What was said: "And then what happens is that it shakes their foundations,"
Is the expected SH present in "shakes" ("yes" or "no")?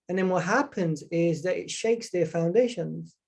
yes